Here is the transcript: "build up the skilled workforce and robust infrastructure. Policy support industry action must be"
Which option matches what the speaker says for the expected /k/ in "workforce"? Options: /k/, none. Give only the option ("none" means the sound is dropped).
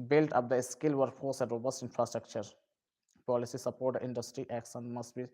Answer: none